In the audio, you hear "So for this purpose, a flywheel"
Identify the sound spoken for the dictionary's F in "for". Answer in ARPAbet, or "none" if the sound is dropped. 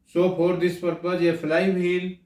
P